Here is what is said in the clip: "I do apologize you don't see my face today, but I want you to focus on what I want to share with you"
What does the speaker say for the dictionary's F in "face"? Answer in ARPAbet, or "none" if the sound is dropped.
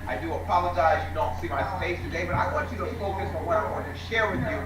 P